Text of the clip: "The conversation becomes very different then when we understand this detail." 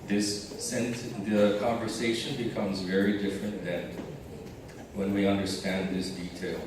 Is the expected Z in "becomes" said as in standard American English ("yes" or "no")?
yes